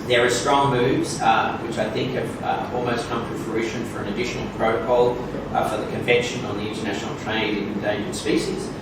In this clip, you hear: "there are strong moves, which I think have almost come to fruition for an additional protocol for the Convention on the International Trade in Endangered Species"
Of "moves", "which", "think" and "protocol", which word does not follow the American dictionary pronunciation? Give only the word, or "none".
none